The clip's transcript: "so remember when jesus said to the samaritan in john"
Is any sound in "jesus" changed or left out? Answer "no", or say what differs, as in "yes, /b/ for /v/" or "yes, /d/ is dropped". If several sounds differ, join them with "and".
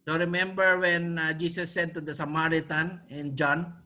yes, /s/ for /z/